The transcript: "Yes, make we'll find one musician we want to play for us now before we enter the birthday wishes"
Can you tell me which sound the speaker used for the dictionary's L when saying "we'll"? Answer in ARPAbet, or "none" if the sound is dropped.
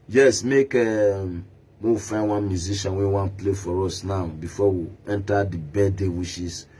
W